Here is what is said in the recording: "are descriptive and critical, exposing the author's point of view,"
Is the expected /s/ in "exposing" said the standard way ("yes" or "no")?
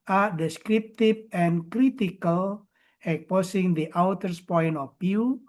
no